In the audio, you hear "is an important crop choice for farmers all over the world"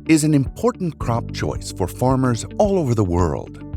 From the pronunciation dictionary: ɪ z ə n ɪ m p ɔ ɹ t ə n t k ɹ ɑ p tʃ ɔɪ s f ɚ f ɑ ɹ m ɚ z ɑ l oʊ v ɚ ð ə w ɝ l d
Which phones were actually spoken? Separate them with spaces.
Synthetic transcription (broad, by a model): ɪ z ə n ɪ m p ɔ ɹ t n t k ɹ ɑ p tʃ ɔɪ s f ɚ f ɑ ɹ m ɚ z ɑ l oʊ v ɚ ð ə w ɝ l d